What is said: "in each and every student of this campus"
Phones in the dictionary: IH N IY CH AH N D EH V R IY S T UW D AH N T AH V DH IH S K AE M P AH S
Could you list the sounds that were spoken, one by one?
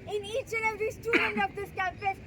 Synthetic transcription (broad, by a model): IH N IY CH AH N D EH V IY S T UW D AH N T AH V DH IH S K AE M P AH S